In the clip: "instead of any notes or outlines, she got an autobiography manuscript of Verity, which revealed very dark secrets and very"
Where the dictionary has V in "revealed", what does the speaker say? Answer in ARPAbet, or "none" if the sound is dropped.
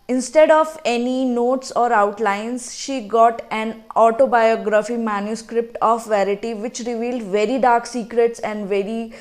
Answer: V